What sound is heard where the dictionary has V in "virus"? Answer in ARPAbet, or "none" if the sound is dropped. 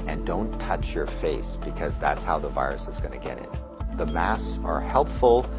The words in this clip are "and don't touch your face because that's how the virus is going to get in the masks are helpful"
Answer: V